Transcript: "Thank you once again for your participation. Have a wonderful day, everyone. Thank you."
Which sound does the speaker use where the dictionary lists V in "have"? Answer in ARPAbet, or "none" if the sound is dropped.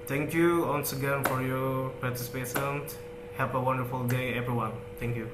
P